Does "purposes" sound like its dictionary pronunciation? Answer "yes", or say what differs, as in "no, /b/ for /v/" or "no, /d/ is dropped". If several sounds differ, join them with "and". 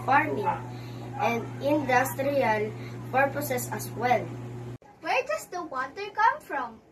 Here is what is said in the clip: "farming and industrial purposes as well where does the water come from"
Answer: no, /s/ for /z/